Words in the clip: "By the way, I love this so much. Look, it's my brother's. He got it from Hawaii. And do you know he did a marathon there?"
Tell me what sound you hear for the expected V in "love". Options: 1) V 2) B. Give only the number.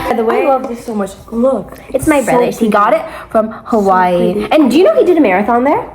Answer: 1